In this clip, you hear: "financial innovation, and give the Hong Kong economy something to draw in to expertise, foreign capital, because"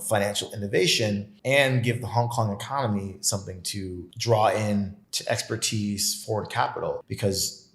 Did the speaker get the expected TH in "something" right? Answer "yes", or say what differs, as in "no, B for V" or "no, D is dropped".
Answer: yes